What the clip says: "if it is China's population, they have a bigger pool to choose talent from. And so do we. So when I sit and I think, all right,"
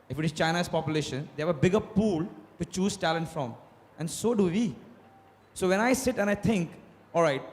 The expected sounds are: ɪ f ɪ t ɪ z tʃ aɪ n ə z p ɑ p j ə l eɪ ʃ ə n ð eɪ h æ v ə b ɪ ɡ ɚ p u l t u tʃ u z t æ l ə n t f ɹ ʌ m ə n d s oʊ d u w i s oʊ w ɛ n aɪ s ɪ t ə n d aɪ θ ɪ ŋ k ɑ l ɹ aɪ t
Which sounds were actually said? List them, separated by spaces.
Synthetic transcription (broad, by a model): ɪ f ɪ t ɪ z tʃ aɪ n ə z p ɑ p j ə l eɪ ʃ ə n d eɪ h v ə b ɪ ɡ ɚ p u l t u tʃ u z t æ l ə n t f ɹ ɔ m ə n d s oʊ d u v i s oʊ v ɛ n aɪ s ɪ t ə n aɪ t ɪ ŋ k ɑ l ɹ aɪ t